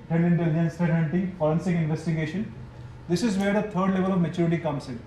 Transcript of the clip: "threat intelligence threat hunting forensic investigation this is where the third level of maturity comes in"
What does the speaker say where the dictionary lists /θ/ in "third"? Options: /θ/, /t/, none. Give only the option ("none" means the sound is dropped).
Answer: /t/